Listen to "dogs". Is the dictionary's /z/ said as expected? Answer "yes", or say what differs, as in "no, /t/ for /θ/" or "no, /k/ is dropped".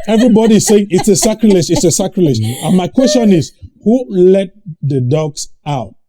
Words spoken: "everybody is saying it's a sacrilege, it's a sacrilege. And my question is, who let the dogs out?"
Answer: no, /s/ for /z/